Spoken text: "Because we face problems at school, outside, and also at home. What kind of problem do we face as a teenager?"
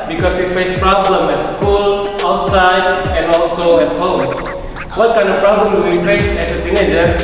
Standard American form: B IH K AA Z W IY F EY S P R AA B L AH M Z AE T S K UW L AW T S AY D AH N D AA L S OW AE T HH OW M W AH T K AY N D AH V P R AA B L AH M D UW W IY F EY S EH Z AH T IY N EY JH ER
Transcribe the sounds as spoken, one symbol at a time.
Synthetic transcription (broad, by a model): B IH K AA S W IY F EY S P R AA B L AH M EH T S K UW L AW T S AY D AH N AA L S OW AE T HH OW M W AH T K AY N D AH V P R AA B L AH M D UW W IY F EY S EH S AH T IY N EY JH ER